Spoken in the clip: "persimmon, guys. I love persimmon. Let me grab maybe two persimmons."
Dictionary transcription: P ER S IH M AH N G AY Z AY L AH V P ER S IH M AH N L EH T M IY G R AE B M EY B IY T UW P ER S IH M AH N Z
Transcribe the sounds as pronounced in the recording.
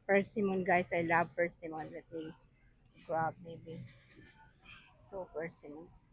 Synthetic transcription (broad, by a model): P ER S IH M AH N G AY S AY L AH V P ER S IH M AH N W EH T M IY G R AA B M EY B IY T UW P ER S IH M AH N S